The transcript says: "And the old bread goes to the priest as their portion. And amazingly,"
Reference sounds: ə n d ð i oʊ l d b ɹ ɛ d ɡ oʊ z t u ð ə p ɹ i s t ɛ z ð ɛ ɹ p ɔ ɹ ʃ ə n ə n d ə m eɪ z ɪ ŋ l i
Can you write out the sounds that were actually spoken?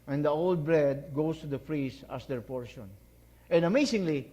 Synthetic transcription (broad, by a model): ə n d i oʊ l d b ɹ ɛ d ɡ oʊ s t u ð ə f ɹ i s ɑ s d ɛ ɹ p ɔ ɹ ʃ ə n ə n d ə m eɪ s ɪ ŋ l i